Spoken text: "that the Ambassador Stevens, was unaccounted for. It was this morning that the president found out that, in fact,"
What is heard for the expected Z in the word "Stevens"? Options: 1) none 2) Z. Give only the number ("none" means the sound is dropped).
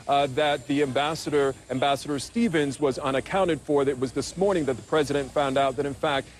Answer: 2